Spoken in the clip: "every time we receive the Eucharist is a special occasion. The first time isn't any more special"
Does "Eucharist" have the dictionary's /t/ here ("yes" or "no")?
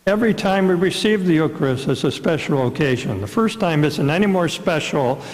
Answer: no